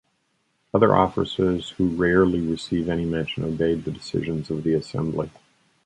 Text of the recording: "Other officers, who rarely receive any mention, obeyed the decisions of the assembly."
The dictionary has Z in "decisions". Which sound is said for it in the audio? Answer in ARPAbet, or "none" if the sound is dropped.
Z